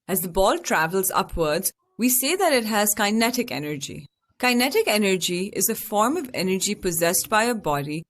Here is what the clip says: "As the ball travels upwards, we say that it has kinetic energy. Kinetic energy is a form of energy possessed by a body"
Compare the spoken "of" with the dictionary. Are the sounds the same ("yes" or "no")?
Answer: yes